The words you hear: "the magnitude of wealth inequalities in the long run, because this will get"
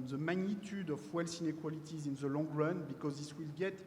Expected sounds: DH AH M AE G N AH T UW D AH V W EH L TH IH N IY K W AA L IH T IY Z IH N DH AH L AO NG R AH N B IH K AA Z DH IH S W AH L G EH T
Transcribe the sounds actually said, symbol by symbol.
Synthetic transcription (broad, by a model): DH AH M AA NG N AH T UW D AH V W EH L S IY N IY K W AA L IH T IY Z IH N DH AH L AO NG R AH N B IH K AA Z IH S W AH L G EH T